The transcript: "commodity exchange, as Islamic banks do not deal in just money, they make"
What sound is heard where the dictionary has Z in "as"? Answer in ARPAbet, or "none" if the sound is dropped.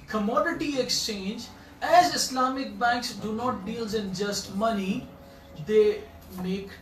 Z